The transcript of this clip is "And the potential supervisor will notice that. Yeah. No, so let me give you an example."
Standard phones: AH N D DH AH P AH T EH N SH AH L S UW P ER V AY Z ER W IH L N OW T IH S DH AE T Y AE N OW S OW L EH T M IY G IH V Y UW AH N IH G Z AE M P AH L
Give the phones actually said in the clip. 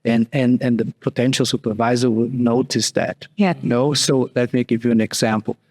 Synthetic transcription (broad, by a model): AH N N DH AH P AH T EH N SH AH L S UW P ER V AY Z ER W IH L N OW T IH S DH AE T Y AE N OW S OW L EH T M IY G IH V Y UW AH N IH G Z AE M P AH L